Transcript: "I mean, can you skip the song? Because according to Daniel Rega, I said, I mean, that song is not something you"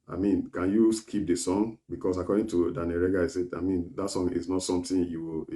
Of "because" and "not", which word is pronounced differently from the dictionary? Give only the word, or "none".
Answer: because